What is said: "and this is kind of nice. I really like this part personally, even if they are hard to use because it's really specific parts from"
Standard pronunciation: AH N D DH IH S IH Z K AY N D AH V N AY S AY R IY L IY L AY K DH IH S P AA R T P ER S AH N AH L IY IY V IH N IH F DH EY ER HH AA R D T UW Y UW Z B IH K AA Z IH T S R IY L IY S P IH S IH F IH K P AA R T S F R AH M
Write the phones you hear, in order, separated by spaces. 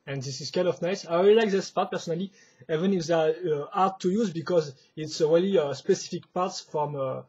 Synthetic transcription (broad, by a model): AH N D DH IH S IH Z K AY N D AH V N AY S AY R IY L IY L AY K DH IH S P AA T P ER S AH N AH L IY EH V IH N IH F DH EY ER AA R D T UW Y UW Z B IH K AA Z IH T S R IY L IY S P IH S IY F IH K P AA R T S F R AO M